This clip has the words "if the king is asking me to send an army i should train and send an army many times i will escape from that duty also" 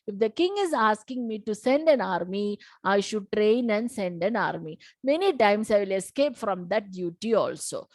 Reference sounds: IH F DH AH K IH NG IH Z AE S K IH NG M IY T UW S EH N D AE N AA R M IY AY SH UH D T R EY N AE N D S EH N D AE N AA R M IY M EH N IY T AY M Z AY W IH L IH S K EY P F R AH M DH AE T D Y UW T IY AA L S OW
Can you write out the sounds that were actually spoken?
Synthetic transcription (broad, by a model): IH F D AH K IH NG IH Z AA S K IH NG M IY T UW S EH N D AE N AA R M IY AY SH UH D T R EY N AE N D S EH N D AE N AA R M IY M EH N IY T AY M S AY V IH L IH S K EY P F R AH M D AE T D Y UW T IY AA L S OW